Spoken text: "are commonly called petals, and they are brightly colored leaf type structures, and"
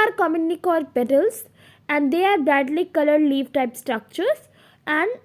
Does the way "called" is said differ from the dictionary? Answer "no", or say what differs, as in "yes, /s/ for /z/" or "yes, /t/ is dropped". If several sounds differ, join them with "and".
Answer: yes, /l/ is dropped